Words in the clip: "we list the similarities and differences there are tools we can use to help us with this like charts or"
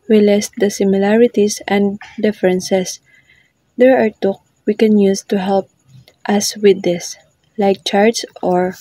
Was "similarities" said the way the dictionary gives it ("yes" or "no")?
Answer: no